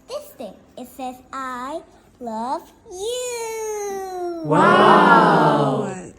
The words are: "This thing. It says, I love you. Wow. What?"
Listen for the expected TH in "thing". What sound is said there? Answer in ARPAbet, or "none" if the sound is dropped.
T